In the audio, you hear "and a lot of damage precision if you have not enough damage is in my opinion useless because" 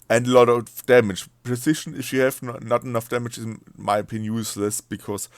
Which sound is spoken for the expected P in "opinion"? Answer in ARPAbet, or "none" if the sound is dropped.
none